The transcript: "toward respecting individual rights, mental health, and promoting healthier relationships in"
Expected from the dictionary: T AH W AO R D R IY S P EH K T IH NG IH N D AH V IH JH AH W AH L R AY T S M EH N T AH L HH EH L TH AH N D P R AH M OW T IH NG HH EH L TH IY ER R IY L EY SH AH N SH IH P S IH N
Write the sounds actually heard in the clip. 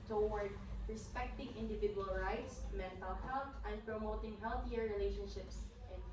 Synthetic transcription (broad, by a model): T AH W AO R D R IY S P EH K T IH NG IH N D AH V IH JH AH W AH L R AY T S M EH N T AH L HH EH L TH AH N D P R AH M OW T IH NG HH EH L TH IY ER R IY L EY SH AH N SH IH P S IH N